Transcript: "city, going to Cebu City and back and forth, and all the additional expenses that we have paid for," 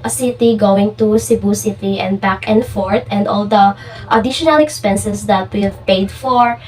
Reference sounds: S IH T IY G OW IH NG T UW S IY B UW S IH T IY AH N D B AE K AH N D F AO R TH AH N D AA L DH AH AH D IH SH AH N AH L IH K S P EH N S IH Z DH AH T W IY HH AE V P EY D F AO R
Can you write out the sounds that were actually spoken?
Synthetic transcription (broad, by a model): S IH T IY G OW IH NG T UW S IY B UW S IH T IY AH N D B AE K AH N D F AO R T AH N D AA L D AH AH D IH SH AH N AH L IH K S P EH N S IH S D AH T W IY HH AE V P EY D F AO R